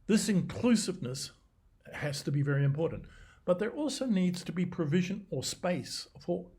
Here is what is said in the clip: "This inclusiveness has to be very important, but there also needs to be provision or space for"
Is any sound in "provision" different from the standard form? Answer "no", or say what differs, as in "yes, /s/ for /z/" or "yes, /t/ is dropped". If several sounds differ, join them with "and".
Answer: no